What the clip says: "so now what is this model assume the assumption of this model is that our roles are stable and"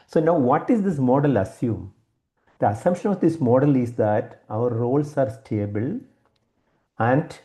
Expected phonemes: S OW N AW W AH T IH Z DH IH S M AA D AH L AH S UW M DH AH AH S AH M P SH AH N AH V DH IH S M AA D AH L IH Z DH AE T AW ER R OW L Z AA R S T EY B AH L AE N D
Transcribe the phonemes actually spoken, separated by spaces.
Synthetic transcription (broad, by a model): S OW N AW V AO T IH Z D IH S M AA D AH L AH S UW M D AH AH S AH M SH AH N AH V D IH S M AA D AH L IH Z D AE T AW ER R OW L S AA R S T EY B AH L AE N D